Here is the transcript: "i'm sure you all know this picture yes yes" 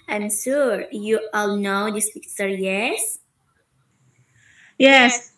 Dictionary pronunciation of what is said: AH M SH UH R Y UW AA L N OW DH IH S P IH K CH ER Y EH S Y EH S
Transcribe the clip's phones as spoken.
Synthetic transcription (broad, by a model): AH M S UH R Y UW AA L N OW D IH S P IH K S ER Y EH S Y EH S